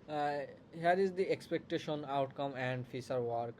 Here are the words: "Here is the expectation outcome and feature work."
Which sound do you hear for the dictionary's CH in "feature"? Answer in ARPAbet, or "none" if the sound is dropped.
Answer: S